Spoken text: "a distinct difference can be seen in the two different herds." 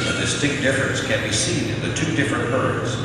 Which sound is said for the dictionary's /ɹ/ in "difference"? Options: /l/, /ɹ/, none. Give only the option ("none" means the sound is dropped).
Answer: none